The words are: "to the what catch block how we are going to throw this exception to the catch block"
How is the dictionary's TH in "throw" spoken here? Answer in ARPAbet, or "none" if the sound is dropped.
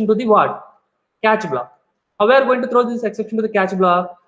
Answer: T